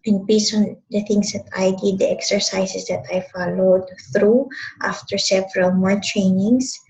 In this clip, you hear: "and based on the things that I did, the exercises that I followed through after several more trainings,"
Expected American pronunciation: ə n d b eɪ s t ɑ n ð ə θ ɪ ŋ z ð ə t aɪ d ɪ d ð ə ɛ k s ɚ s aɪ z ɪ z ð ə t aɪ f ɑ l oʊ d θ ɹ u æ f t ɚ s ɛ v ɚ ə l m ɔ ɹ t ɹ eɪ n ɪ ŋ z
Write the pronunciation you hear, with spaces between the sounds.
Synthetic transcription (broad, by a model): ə n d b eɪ s ɑ n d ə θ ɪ ŋ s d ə t aɪ d ɪ d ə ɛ k s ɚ s aɪ s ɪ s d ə t aɪ f ɑ l oʊ d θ ɹ u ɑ f t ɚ s ɛ v ɚ ə l m ɔ ɹ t ɹ eɪ n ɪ ŋ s